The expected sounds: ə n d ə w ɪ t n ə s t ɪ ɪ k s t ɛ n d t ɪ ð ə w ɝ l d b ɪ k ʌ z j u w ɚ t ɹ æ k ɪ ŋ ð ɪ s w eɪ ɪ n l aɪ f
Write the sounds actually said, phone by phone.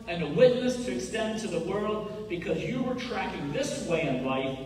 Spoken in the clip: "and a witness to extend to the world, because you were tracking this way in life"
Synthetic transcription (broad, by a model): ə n ə w ɪ t n ə s t ɪ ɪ k s t ɛ n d t ɪ ð ə w ɝ l d b ɪ k ʌ z j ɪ w ɚ t ɹ æ k ɪ ŋ ð ɪ s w eɪ ɪ n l aɪ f